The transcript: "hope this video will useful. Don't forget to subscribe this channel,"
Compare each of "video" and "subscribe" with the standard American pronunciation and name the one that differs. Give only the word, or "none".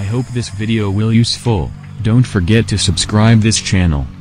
none